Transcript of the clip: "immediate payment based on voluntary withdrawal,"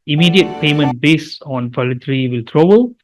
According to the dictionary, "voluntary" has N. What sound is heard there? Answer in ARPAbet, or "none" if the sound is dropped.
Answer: none